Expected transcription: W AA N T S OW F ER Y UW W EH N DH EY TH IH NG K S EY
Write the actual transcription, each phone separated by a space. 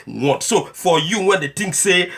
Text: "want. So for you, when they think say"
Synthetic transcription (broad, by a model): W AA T S OW F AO Y UW W EH N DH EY T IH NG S S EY